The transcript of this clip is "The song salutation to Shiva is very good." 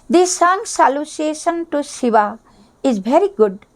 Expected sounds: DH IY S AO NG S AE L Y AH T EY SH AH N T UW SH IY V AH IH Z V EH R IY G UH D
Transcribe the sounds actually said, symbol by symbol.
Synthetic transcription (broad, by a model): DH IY S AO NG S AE L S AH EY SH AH N T UW S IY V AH IH Z V EH R IY G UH D